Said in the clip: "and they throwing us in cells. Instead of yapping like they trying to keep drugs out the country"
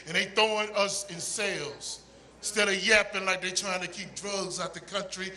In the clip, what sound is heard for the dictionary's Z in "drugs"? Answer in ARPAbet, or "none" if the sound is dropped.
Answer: Z